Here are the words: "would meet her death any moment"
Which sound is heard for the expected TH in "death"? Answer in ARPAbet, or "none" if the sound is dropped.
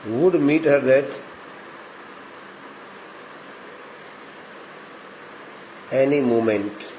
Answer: T